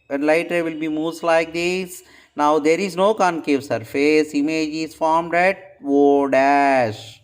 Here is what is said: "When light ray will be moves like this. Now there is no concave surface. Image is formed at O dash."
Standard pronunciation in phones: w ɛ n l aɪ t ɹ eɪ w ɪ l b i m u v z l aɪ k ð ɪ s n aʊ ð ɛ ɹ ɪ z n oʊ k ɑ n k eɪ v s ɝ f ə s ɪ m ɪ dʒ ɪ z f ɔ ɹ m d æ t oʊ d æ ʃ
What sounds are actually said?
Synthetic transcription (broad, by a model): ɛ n l aɪ t ɹ eɪ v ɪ l b i m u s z l aɪ k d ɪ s n aʊ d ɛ ɹ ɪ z n oʊ k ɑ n k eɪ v s ɝ f ə s ɪ m ɪ dʒ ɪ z f ɔ ɹ m d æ t oʊ d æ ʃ